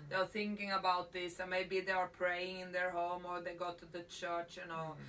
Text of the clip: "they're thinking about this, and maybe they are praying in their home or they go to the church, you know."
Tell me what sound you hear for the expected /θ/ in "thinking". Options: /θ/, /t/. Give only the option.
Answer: /θ/